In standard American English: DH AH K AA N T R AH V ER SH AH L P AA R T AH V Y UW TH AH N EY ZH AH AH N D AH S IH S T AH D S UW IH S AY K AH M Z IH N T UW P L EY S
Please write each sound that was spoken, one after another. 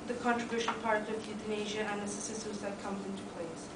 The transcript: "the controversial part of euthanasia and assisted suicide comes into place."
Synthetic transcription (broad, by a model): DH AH K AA N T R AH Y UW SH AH N P AA R T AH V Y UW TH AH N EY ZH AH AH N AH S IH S S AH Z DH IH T K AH M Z IH N T UW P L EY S